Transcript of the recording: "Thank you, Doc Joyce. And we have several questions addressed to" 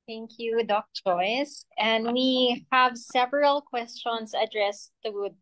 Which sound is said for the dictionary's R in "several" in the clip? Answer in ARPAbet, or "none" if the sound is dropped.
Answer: R